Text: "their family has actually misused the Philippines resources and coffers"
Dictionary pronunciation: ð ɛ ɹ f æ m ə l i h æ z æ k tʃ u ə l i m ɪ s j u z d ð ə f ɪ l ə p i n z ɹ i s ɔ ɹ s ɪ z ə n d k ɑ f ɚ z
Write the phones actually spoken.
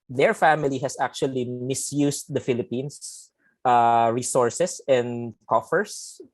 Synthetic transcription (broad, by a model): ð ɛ ɹ f æ m ə l i h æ s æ k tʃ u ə l i m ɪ s j u s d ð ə f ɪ l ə p i n s ɹ i s ɔ ɹ s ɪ s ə n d k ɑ f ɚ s